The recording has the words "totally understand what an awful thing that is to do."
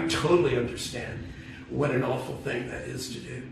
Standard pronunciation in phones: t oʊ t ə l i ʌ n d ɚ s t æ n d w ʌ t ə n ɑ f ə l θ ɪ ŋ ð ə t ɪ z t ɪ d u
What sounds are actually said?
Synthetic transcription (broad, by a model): t oʊ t l i ʌ n d ɚ s t æ n d w ʌ t ə n ɑ f l θ ɪ ŋ ð ə t ɪ z t ɪ d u